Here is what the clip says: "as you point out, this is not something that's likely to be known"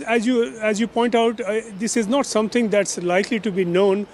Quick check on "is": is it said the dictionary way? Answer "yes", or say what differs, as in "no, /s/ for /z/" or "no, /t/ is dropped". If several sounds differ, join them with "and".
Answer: yes